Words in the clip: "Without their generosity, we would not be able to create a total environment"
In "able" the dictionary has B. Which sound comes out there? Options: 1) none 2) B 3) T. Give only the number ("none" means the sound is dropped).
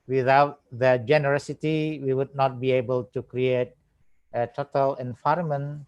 2